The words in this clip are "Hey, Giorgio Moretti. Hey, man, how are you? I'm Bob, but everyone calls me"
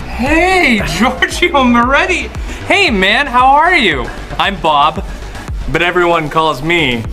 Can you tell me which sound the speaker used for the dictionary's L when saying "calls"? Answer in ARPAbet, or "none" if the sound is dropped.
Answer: L